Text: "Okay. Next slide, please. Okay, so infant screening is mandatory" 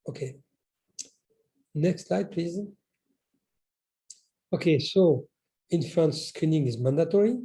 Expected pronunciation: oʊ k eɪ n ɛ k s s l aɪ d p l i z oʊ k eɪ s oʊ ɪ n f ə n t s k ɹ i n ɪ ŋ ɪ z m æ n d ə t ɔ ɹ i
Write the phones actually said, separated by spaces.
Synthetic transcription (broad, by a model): oʊ k eɪ n ɛ k s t l aɪ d p l i z oʊ k eɪ s oʊ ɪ n f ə n s k ɹ i n ɪ ŋ ɪ z m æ n d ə t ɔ ɹ i